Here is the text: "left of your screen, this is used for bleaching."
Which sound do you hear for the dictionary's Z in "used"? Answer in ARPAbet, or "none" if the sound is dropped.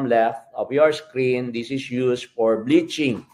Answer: S